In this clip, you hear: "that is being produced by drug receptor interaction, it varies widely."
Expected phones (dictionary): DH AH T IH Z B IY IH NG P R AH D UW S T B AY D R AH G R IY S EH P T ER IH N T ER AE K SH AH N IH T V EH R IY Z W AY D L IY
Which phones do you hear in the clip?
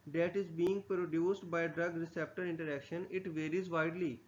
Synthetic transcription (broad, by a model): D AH T IH Z B IY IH NG P R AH D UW S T B AY D R AH G R IY S EH P T ER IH N T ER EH K SH AH N IH T V EH R IY Z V AY D L IY